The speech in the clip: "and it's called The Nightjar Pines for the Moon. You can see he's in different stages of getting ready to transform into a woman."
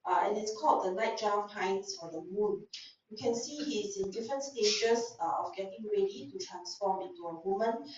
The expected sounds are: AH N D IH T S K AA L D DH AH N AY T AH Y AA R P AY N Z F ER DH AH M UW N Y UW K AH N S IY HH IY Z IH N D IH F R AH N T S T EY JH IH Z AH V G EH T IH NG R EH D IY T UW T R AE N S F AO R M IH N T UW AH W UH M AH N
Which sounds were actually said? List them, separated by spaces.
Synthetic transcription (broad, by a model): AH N IH T S K AA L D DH AH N AY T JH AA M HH AY N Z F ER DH AH M UW N Y UW K AH N S IY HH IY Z IH N D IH F R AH N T S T EY SH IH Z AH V G EH T IH NG R EH D IY T UW T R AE N S F AO M IH N T UW AH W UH M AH N